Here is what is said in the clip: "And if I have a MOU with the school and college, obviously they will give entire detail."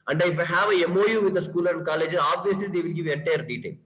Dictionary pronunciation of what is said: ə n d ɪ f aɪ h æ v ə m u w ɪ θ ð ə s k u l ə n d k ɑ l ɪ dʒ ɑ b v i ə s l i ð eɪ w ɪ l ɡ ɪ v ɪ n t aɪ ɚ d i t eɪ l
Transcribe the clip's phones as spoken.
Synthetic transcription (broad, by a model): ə n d ɪ f aɪ h æ v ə m u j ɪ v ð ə s k u l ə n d k ɑ l ɪ dʒ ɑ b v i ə s l i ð eɪ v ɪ l ɡ ɪ v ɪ t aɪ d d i t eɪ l